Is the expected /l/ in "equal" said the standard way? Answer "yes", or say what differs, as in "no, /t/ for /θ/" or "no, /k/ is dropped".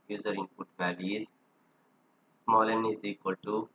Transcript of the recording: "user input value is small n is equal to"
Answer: yes